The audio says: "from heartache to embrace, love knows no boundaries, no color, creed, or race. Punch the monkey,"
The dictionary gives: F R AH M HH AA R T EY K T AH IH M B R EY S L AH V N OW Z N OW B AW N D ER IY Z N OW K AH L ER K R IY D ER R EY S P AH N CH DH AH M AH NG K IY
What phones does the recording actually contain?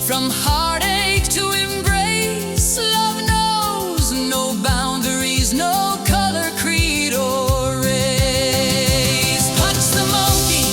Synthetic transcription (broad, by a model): F R AH M HH AA R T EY K T AH IH M B R EY S L AH V N OW Z N OW B AW N D ER IY Z N OW K AH L ER K R IY D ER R EY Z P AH CH DH AH M AH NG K IY